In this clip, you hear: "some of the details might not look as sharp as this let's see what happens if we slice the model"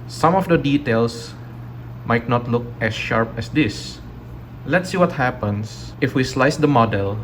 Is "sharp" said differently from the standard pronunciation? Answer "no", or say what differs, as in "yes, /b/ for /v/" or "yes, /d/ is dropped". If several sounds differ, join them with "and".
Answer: no